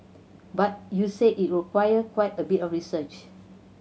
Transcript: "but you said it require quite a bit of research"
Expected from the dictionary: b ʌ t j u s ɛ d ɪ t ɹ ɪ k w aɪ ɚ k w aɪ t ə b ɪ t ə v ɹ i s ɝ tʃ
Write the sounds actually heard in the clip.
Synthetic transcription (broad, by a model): b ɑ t j u s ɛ ɪ t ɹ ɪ k w aɪ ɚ k w aɪ t ə b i t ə f ɹ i s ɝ tʃ